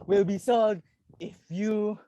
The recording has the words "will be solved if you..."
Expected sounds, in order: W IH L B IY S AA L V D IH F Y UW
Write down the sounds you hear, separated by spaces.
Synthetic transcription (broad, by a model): W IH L B IY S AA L D IH F Y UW